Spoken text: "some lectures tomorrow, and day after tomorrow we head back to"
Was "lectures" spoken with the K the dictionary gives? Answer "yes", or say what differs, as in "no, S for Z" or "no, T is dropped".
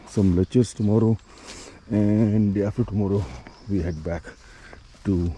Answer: no, K is dropped